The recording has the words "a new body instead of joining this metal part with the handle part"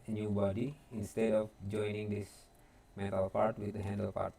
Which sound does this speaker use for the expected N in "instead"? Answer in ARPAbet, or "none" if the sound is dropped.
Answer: N